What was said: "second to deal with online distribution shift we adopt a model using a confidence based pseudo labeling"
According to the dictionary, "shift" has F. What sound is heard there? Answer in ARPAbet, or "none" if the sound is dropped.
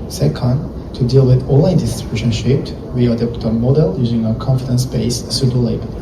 P